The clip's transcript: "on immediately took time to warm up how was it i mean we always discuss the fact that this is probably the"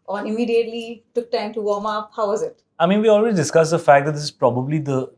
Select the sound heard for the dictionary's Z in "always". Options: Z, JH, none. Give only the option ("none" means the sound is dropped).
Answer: none